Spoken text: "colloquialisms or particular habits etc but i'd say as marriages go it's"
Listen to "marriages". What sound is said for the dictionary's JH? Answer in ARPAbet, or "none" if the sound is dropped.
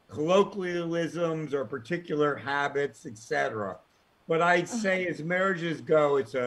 JH